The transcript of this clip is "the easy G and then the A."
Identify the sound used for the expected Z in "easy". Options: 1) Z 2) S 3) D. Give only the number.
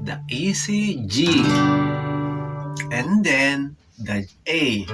2